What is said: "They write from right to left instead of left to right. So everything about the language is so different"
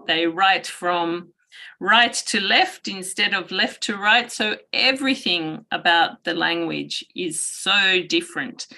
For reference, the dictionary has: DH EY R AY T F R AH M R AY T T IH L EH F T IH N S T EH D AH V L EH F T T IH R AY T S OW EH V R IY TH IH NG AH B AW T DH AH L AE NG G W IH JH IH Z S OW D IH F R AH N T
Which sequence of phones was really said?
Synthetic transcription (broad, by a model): DH EY R AY T F R AH M R AY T T IH L EH F T IH N S T EH D AH V L EH F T T IH R AY T S OW EH V R IY TH IH NG AH B AW T DH AH L AE NG G W IH JH IH Z S OW D IH F R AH N T